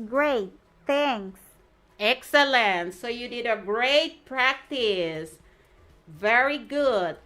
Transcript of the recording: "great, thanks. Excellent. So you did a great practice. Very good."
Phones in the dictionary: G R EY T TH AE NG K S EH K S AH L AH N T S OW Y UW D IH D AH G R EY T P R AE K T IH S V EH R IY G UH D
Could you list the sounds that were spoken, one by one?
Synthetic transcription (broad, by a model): G R EY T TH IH NG S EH K S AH L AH N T S OW Y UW D IH D AH G R EY T P R AE K T IH S V EH R IY G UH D